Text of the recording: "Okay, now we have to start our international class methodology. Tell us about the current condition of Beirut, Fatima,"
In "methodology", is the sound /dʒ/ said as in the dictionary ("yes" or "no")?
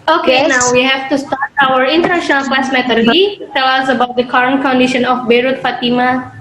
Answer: no